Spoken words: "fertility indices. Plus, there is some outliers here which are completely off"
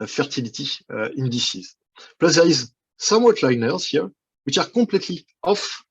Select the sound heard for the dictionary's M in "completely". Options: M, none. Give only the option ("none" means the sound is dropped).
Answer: none